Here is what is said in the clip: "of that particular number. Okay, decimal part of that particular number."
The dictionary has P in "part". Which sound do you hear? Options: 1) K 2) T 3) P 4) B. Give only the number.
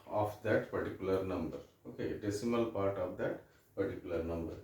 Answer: 3